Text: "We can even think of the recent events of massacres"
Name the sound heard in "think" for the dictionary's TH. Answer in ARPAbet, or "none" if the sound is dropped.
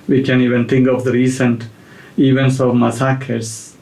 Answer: T